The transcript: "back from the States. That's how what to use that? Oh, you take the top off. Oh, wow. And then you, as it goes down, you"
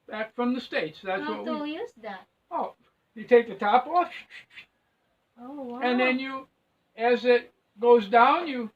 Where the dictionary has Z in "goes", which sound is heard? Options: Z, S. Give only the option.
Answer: Z